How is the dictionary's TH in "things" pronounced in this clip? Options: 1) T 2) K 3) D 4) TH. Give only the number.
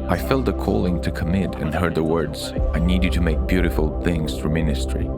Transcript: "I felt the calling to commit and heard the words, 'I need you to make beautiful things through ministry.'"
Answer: 4